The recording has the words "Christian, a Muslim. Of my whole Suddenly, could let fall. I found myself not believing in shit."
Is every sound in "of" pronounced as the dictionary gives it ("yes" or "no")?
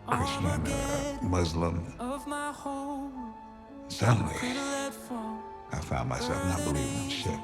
yes